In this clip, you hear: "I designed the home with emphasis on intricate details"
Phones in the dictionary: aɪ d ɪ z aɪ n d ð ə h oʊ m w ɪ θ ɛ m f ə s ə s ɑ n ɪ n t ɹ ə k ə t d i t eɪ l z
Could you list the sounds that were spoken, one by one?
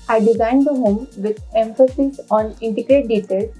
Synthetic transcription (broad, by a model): aɪ d ɪ z aɪ n d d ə h oʊ m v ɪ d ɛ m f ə s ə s ɑ n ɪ n t ə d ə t d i t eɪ l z